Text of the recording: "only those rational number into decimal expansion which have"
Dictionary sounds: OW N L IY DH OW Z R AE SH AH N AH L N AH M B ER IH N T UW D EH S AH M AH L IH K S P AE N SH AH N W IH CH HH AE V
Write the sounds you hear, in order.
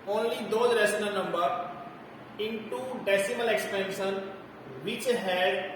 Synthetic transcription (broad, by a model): OW N L IY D OW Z R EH S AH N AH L N AH M B ER IH N T UW D EH S AH M AH L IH K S P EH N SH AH N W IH CH HH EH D